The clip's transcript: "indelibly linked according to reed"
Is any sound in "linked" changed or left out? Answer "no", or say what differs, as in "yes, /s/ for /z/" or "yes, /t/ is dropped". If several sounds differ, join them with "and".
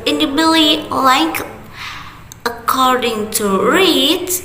yes, /ŋ/ is dropped